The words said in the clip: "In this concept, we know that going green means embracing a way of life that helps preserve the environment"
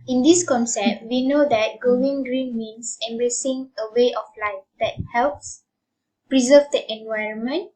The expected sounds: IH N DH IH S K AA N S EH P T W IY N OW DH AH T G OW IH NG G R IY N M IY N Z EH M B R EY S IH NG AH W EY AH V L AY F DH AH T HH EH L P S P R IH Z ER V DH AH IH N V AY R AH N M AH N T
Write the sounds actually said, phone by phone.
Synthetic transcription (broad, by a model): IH N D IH S K AA N S EH P T W IY N OW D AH T G OW IH NG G R IY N M IY N S EH M B R EY S IH NG AH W EY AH F L AY F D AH T HH EH L P S P R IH Z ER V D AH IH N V AY R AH N M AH N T